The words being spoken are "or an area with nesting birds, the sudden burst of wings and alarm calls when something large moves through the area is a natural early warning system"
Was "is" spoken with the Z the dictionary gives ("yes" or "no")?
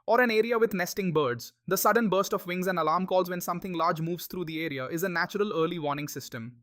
yes